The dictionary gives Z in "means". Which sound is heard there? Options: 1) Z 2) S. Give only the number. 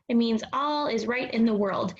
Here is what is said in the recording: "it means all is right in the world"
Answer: 1